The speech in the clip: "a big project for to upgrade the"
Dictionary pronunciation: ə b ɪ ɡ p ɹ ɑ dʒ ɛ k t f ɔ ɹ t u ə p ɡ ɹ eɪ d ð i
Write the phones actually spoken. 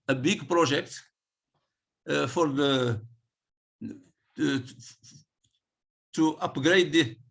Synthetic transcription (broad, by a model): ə b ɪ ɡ p ɹ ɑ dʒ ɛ k t f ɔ ɹ t u ə p ɡ ɹ eɪ d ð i